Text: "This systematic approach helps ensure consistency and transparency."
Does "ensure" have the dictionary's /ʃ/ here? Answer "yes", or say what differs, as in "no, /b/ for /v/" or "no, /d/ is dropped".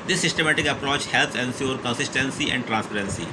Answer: no, /s/ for /ʃ/